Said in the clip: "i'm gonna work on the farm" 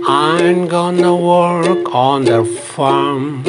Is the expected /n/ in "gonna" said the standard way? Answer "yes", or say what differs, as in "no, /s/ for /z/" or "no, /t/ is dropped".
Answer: yes